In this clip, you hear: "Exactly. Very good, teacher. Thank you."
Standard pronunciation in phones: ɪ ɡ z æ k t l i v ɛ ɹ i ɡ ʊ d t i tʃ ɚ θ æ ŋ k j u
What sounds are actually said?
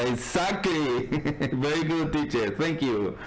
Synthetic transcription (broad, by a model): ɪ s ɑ k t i v ɛ ɹ i ɡ ʊ d t i tʃ ɚ t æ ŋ k j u